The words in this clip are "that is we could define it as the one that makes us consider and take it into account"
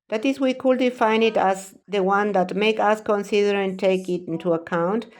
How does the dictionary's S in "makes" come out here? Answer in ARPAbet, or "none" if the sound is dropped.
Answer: none